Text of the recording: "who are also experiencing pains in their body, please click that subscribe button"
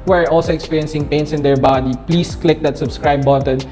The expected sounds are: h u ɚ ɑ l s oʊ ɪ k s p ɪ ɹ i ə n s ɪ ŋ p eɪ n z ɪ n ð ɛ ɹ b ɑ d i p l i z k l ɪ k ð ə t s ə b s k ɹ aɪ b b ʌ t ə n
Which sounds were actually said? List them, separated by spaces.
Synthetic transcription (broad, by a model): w ɚ ɑ l s oʊ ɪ k s p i ɹ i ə n s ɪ ŋ p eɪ n s ɪ n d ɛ ɹ b ɑ d i p l i s k l ɪ k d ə t s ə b s k ɹ aɪ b b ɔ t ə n